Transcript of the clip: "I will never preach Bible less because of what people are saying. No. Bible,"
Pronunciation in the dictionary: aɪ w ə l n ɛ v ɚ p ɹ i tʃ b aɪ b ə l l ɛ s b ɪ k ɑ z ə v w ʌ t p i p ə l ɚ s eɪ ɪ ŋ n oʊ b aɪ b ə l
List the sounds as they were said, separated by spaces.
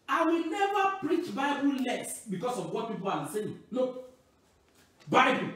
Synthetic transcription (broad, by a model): aɪ w ə l n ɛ v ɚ p ɹ i tʃ b aɪ b ə l l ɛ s b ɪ k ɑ s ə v w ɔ t p i p ə l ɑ s eɪ ɪ ŋ l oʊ b aɪ b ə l